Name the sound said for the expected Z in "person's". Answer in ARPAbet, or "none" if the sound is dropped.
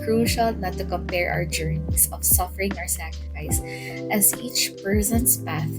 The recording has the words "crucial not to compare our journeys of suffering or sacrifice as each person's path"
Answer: S